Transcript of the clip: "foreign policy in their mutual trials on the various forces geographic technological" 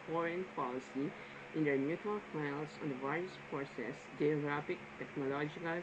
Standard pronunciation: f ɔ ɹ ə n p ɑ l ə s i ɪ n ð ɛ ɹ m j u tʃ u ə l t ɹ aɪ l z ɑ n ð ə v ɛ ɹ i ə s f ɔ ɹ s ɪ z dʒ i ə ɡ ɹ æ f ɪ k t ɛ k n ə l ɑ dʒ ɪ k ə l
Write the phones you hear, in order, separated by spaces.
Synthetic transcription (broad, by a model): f ɔ ɹ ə n p ɑ l ə s i ɪ n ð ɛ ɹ m j u tʃ u ə l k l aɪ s ɑ n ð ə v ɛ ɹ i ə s p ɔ s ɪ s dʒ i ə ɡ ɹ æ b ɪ k t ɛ k n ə l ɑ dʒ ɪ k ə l